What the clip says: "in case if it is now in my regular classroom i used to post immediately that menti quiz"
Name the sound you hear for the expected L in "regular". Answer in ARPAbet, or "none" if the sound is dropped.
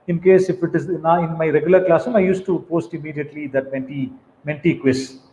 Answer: L